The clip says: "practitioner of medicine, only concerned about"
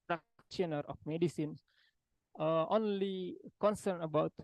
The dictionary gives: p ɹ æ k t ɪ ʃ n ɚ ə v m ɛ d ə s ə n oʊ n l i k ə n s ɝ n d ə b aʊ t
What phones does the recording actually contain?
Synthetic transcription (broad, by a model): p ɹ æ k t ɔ n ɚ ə f m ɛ d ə s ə n oʊ n l i k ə n s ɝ n ə b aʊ t